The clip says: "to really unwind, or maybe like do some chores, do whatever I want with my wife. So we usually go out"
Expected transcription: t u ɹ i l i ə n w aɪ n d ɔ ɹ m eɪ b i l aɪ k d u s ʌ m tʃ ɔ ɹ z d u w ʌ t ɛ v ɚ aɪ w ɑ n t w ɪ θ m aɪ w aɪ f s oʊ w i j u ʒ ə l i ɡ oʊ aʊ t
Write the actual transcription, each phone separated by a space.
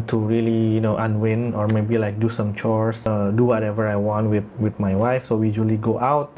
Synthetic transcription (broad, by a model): t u ɹ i l i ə n w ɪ n ɔ ɹ m eɪ b i l aɪ k d u s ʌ m tʃ ɔ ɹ s d u w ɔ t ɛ v ɚ aɪ w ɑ n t w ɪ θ m aɪ w aɪ f s oʊ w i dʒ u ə l i ɡ oʊ aʊ t